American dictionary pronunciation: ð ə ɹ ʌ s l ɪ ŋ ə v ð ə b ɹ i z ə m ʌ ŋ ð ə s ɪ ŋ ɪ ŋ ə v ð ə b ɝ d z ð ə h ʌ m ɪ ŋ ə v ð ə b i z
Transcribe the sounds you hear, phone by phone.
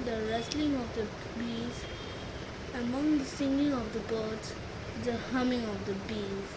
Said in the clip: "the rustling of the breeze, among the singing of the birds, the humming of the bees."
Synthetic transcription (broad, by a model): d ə ɹ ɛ s l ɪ ŋ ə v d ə b i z ə m ʌ ŋ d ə s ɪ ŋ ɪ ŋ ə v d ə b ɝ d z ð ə h ʌ m ɪ ŋ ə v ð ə b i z